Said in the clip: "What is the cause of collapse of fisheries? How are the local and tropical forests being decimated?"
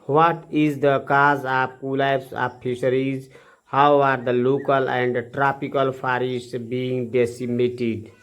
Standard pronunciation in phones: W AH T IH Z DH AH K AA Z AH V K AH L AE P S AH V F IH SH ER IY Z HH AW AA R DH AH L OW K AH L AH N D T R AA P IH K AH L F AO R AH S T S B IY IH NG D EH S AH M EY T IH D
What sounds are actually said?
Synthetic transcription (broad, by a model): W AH T IH Z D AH K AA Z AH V K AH L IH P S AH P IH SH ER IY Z HH AW AA R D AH L OW K AH L AH N D T R AA P IH K AH L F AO R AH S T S B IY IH NG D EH S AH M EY T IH D